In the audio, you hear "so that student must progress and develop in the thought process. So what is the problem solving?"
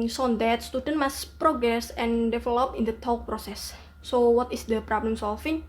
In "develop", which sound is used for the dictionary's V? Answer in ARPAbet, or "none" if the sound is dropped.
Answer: F